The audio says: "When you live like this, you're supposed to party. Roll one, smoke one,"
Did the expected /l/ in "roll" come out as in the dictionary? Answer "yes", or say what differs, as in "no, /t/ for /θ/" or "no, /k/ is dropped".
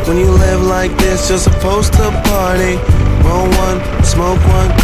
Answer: no, /n/ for /l/